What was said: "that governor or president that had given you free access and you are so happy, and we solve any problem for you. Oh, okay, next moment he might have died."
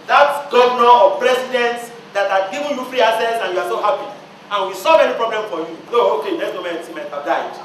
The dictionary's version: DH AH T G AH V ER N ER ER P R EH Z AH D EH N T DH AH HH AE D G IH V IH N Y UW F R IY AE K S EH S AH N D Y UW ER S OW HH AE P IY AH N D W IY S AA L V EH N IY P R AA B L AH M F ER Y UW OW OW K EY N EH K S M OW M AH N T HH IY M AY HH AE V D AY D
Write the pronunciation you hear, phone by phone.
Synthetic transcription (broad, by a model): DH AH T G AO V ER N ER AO P R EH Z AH D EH N T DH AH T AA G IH V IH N Y UW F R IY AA S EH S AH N Y UW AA S OW HH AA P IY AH N W IY S AA L V EH N IY P R AA B L AH M F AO Y UW OW OW K EY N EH S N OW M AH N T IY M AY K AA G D AY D